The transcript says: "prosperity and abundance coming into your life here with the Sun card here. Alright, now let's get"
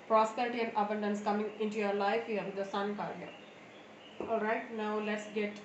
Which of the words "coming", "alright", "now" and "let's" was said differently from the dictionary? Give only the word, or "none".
alright